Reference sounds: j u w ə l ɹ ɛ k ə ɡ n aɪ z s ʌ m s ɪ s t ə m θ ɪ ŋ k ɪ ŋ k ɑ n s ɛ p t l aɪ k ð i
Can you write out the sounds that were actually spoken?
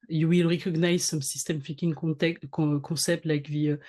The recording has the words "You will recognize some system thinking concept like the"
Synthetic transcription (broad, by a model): j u w ə l ɹ ɛ k ə ɡ n aɪ z s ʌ m s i s t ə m f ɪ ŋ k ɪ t k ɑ s ɛ p t l aɪ k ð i